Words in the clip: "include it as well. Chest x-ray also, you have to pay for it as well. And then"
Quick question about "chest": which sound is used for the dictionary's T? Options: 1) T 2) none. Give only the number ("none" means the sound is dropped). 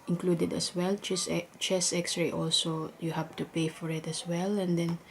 2